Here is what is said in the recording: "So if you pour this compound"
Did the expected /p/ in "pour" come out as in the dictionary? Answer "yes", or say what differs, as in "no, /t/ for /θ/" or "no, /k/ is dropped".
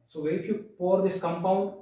yes